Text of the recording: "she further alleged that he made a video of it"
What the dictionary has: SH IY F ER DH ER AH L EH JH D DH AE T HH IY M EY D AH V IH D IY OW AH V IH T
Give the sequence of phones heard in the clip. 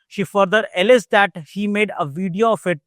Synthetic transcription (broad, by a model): SH IY F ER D ER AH L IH Z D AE T HH IY M EY D AH V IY D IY OW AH F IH T